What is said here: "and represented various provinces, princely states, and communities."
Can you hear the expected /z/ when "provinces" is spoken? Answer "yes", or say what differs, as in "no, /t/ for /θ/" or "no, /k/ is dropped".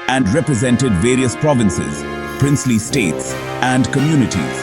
yes